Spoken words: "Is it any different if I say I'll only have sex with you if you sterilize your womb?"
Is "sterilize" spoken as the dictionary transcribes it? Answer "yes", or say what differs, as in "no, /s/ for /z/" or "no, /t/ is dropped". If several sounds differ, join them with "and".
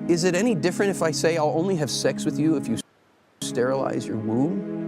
yes